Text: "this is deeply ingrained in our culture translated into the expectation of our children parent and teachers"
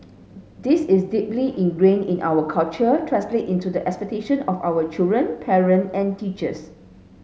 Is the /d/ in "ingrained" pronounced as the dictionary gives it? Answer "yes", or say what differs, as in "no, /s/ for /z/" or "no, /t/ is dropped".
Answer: no, /d/ is dropped